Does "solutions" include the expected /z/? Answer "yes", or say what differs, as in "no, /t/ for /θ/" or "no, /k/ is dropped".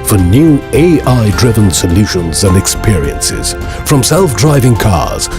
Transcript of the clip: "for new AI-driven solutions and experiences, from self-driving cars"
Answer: yes